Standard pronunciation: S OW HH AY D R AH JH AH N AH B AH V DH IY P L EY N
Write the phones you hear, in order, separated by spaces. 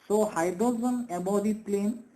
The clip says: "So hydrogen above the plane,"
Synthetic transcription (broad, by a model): S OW HH AY D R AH Z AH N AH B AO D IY P L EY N